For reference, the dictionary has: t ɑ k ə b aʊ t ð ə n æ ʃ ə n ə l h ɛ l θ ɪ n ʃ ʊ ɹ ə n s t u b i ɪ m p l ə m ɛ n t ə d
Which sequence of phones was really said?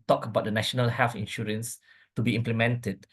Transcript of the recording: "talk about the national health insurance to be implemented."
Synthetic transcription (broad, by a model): t ɑ k ə b aʊ t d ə n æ ʃ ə n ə l h ɛ l f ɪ n ʃ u ɹ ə n s t u b i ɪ m p l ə m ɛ n t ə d